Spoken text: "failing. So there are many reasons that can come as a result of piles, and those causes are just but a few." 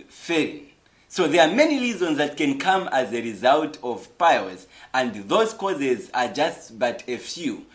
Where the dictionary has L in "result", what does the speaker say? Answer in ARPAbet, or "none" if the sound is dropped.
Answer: L